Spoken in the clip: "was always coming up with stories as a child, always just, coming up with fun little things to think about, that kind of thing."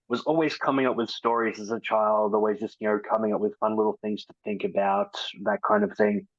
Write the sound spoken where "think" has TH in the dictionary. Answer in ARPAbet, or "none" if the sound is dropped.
TH